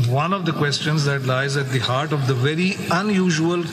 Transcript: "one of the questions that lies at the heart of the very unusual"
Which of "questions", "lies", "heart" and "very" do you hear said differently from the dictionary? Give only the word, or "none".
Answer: none